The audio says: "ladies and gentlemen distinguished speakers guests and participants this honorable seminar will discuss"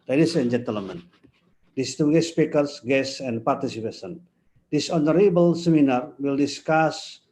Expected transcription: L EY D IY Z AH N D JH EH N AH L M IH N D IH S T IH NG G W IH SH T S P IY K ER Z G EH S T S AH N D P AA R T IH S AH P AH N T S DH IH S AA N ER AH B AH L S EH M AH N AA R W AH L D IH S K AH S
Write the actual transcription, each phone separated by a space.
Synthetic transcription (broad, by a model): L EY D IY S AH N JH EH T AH L M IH N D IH S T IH G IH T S P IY K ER S G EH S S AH N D P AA R T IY S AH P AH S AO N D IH S AA N ER AH B AH L S EH M AH N AA R W AH L D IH S K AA S